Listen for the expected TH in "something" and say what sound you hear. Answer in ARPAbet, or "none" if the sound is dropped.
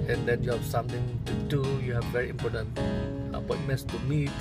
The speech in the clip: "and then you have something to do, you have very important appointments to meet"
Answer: T